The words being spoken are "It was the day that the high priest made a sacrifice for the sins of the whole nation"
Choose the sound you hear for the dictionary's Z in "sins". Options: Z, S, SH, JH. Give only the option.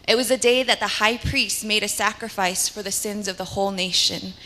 Z